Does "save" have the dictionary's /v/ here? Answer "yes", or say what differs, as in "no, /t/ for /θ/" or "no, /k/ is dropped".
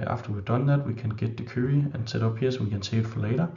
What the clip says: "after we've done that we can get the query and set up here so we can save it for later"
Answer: no, /v/ is dropped